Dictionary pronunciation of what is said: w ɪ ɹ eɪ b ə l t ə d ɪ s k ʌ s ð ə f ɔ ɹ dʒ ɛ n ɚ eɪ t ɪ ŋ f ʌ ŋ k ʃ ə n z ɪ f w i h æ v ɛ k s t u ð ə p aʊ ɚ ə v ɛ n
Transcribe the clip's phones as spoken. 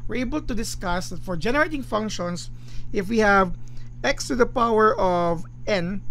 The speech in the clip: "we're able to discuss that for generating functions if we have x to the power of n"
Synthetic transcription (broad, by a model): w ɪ ɹ eɪ b ə l t ə d ɪ s k ʌ s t f ɔ ɹ dʒ ɛ n ɚ eɪ t ɪ ŋ f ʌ ŋ k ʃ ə n s ɪ f w i h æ v ɛ k s t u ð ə p aʊ ɚ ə v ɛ n